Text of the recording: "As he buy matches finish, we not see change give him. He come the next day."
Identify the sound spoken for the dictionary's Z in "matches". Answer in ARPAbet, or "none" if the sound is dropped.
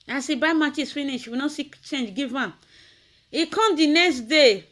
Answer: S